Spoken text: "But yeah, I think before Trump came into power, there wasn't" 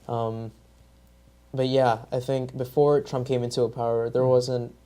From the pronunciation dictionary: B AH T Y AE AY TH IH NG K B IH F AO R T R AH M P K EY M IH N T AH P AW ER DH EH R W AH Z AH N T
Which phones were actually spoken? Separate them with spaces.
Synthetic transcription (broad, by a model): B AH T Y AE AY TH IH NG K B IH F AO R T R AH M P K EY M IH N T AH P AW ER DH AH R W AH Z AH N T